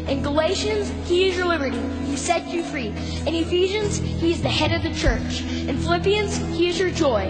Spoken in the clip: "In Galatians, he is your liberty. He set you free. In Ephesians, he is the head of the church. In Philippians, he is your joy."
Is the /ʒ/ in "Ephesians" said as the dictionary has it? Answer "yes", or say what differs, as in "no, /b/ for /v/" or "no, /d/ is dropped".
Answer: yes